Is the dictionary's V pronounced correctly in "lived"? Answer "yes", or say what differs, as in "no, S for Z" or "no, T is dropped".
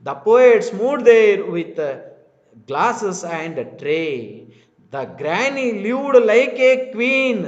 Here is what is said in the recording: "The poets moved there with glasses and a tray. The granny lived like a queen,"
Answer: no, V is dropped